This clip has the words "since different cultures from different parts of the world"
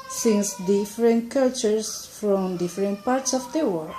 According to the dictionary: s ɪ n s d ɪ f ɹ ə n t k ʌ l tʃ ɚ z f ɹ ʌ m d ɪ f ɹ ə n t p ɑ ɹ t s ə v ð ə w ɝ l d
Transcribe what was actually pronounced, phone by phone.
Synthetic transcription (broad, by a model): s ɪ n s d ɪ f ɹ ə n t k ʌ l tʃ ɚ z f ɹ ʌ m d ɪ f ɹ ə n t p ɑ ɹ t s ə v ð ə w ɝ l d